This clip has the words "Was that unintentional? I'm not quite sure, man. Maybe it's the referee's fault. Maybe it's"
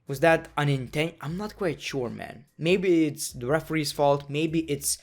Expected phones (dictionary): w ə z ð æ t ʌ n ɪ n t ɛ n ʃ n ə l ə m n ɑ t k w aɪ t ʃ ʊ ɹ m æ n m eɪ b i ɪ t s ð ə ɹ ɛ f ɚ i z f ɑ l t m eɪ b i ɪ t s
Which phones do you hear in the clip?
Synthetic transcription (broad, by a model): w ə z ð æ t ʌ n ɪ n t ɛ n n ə ə m n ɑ t k w aɪ t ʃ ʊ ɹ m æ n m eɪ b i ɪ t s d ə ɹ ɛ f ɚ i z f ɑ l t m eɪ b i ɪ t s